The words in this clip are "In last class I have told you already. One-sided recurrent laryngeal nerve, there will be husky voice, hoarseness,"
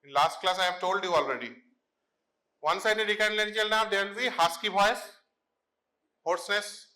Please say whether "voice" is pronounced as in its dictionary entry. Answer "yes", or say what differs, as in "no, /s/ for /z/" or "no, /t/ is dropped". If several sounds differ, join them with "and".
no, /b/ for /v/